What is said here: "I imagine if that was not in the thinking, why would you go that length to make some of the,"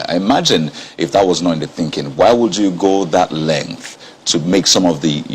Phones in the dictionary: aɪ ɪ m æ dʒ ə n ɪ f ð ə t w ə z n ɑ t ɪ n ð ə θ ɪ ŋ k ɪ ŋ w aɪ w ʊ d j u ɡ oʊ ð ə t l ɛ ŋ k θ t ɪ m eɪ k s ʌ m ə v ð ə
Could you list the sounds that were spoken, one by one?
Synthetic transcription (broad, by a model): aɪ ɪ m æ dʒ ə n ɪ f ð ə t w ə z n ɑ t ɪ n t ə θ ɪ ŋ k ɪ ŋ w aɪ w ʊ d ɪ ɡ oʊ ð ə t l ɛ ŋ k θ t ɪ m eɪ k s ʌ m ə v ð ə